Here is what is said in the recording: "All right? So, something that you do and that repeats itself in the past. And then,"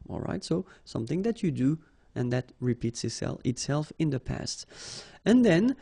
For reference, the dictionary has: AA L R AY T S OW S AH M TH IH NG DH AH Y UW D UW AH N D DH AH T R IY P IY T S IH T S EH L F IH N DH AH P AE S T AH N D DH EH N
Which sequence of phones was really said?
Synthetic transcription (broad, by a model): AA L R AY T S OW S AH M TH IH NG DH AH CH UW D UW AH N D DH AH T R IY P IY T S IH T S EH L F IH N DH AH P AE S T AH N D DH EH N